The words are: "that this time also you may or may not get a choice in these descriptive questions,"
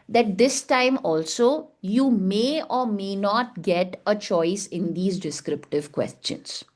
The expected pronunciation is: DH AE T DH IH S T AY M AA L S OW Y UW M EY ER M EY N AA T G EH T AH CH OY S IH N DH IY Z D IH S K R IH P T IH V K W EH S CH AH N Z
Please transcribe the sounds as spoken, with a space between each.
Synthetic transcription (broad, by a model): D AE T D IH S T AY M AA L S OW Y UW M EY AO M EY N AA T G EH T AH CH OY S IH N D IY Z D IH S K R IH P T IH V K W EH S CH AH N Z